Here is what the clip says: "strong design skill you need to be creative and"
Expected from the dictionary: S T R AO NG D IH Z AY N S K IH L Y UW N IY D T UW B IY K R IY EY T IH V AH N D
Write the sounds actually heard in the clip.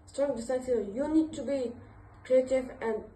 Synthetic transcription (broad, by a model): S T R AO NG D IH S AA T Y UW N IY D T UW B IY K R IY EY T IH V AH N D